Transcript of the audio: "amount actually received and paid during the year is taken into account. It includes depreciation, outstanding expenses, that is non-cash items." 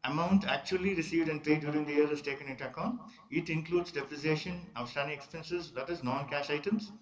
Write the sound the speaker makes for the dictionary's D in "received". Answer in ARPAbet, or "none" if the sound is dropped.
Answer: D